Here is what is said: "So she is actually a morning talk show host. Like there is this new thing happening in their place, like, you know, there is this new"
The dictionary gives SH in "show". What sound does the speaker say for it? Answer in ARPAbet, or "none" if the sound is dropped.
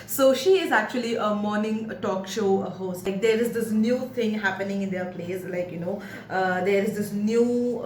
SH